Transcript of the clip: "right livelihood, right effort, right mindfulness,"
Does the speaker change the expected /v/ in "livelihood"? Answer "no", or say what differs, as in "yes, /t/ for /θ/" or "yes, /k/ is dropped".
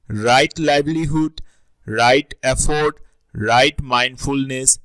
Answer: yes, /b/ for /v/